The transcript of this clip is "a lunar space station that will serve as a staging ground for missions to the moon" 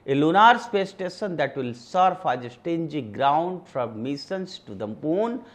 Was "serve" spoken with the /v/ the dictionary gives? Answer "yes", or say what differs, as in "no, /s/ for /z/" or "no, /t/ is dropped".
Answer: no, /f/ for /v/